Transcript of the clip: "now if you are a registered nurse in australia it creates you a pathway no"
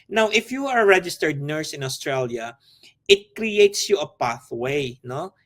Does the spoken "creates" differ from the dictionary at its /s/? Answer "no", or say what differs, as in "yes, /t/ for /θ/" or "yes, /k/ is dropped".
no